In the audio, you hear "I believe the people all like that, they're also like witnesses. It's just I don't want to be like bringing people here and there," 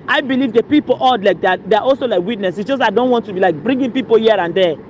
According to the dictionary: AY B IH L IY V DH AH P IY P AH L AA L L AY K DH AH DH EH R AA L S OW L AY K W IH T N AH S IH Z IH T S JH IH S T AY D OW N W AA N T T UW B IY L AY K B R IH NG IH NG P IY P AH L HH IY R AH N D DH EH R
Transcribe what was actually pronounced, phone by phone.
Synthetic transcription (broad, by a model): AY B IH L IY V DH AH P IY P AH L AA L L AY K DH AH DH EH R AA L S OW L AY K W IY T N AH S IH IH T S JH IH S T AY D OW N W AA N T T UW B IY L AY K B R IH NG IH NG P IY P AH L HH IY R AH N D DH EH